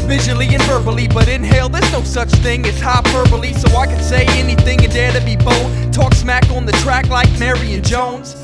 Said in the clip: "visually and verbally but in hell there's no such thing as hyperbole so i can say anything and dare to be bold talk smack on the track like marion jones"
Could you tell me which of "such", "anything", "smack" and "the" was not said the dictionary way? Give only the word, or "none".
none